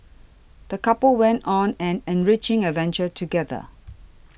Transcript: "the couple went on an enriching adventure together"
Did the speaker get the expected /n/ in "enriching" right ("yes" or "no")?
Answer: yes